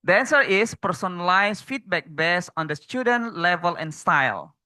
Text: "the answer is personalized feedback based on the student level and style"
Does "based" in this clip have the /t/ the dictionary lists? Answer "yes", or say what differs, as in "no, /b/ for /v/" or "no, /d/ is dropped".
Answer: no, /t/ is dropped